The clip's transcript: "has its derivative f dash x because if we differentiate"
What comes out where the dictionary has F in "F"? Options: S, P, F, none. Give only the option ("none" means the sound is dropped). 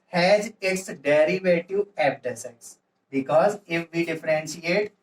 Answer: P